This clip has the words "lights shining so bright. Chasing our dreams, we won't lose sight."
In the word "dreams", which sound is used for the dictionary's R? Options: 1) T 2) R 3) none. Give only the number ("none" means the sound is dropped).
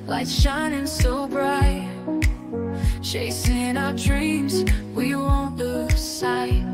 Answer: 2